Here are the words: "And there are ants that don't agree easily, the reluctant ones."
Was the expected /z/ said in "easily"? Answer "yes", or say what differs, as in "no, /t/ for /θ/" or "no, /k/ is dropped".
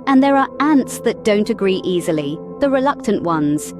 yes